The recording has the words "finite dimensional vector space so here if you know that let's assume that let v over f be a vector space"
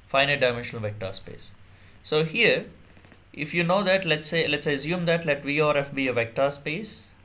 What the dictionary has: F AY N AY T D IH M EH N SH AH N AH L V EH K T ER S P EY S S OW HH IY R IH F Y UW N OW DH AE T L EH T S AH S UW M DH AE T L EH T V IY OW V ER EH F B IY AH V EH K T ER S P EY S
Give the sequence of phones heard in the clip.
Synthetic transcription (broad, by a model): F AY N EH D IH M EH N SH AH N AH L V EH K T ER S P EY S S OW HH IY R IH F Y UW N OW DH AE T L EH T S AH S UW M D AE T L EH T V IY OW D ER EH F B IY AH V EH K T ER S P EY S